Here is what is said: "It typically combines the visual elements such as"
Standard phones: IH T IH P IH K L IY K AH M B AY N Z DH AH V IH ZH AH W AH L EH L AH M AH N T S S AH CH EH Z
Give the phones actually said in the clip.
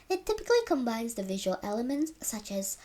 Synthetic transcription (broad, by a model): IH T IH P IH K L IY K AH M B AY N Z DH AH V IH ZH AH W AH L EH L AH M AH N T S S AH CH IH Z